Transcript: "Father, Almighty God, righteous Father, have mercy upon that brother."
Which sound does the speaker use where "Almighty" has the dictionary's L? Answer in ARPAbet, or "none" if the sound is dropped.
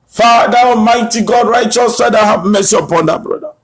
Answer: none